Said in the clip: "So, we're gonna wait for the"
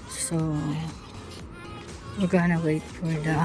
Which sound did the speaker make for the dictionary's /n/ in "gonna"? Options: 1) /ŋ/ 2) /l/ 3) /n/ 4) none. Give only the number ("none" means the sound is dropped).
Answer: 3